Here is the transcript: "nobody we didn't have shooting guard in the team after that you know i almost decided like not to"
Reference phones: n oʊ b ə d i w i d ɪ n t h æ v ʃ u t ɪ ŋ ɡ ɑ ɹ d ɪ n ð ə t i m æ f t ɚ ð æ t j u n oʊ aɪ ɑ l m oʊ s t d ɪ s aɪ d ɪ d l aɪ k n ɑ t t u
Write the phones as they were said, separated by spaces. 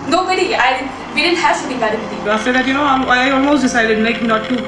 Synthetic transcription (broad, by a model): n oʊ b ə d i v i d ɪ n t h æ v s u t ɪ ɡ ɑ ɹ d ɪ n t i æ f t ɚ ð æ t j u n oʊ aɪ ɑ l m oʊ s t d ɪ s aɪ d ɪ d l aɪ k n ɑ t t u